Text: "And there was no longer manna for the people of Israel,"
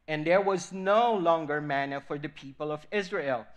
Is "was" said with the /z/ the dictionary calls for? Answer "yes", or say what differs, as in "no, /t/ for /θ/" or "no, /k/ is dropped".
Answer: yes